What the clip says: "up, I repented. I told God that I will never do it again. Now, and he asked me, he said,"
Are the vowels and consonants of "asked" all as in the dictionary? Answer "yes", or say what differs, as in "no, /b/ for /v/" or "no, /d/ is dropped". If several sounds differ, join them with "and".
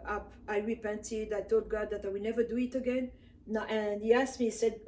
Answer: yes